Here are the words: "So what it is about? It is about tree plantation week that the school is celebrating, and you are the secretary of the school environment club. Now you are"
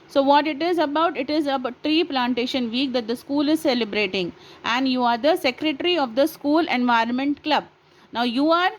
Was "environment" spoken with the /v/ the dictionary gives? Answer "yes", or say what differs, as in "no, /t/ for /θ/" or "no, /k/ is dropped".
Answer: yes